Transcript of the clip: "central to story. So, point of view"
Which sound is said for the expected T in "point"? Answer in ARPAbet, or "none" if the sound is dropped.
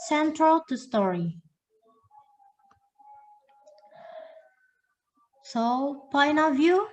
none